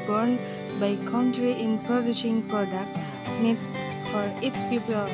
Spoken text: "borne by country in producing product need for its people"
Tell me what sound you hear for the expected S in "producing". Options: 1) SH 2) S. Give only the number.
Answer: 1